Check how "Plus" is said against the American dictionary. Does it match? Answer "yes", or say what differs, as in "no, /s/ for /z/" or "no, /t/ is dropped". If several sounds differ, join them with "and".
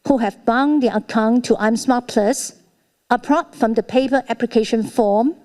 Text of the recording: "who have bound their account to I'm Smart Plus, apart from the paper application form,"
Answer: yes